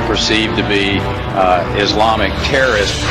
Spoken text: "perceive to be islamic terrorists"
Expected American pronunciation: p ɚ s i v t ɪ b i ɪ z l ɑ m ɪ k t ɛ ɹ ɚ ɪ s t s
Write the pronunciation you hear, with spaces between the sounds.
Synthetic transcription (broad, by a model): p ɚ s i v t ɪ b i ɪ z l ɑ m ɪ k t ɛ ɹ ɚ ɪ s s